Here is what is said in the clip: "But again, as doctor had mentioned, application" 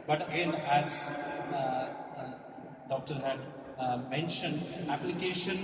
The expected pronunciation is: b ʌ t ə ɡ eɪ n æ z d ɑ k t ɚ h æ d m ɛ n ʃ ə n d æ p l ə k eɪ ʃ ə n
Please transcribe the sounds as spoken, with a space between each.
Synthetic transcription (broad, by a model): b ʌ t ə ɡ eɪ n æ z d ɑ k t ɚ h æ d m ɛ n ʃ ə n d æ p l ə k eɪ ʃ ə n